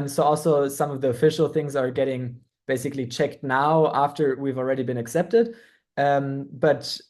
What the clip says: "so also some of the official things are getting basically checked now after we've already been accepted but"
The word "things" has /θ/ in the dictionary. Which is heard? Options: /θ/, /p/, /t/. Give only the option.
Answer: /θ/